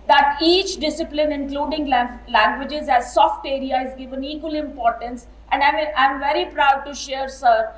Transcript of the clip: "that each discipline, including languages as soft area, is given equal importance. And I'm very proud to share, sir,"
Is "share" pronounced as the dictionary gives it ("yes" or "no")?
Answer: yes